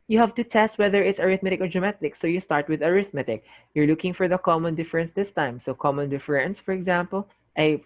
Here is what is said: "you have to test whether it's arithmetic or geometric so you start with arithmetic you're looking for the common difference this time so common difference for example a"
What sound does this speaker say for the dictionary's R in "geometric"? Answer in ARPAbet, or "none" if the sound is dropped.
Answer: none